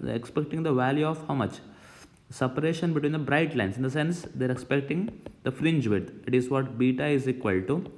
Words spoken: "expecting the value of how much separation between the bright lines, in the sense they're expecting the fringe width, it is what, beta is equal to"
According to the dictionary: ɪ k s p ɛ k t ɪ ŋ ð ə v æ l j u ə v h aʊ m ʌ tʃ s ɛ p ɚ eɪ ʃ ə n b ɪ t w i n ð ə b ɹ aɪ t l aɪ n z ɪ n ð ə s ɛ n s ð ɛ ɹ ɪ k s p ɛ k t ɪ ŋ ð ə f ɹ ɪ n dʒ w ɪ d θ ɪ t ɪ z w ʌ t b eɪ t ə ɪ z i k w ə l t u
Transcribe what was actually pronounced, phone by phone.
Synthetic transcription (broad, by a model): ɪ k s p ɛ k t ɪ ŋ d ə v æ l j u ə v h aʊ m ʌ tʃ s ɛ p ɚ eɪ ʃ ə n b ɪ t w i n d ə b ɹ aɪ t l aɪ n s ɪ n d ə s ɛ n s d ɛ ɹ ɪ k s p ɛ k t ɪ ŋ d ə f ɹ ɪ n dʒ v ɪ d ɪ t ɪ z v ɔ t b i t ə ɪ z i k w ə l t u